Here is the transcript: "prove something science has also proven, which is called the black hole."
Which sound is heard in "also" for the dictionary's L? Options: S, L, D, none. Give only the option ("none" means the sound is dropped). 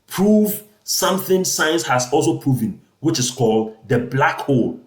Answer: L